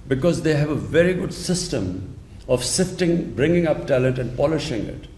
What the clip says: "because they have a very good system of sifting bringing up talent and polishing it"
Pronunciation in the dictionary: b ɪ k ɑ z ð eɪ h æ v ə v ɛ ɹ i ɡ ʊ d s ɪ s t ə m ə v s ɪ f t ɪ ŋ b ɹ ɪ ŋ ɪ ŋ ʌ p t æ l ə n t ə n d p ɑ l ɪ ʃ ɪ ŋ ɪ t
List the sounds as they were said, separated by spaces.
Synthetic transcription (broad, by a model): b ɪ k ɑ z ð eɪ h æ v ə v ɛ ɹ i ɡ ʊ d s ɪ s t ə m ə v s ɪ f t ɪ ŋ b ɹ ɪ ŋ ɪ ŋ ʌ p t æ l ə n t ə n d p ɑ l ɪ ʃ ɪ ŋ ɪ t